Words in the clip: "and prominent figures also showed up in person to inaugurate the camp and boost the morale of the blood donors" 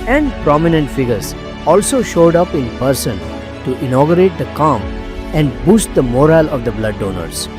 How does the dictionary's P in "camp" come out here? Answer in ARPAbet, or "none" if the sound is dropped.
none